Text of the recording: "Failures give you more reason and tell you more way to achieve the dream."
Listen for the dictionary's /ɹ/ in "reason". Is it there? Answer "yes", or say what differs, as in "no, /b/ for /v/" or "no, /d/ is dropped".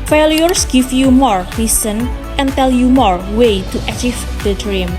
no, /l/ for /ɹ/